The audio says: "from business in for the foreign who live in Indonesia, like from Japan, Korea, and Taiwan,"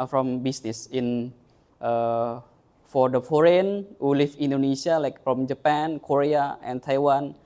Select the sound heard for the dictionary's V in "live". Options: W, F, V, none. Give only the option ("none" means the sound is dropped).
F